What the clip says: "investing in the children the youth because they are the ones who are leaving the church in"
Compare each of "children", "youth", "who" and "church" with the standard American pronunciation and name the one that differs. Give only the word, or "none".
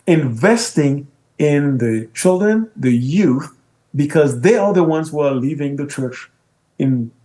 none